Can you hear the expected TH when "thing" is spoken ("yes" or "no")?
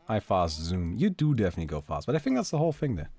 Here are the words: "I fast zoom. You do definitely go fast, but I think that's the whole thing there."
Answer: yes